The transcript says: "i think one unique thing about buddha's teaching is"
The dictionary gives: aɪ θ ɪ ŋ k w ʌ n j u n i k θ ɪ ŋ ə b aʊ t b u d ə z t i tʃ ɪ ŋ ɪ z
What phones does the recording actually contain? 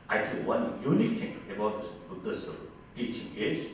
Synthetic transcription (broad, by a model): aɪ t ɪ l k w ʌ n j u n i k t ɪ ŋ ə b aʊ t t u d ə s t i tʃ ɪ ŋ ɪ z